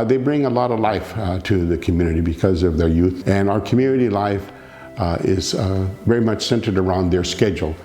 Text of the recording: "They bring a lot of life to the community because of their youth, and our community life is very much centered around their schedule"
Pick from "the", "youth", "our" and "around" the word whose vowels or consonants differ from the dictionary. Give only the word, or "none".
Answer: none